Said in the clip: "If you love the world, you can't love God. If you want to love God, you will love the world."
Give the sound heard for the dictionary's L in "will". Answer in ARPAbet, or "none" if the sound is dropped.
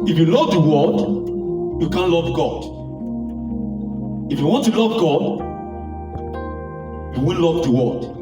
N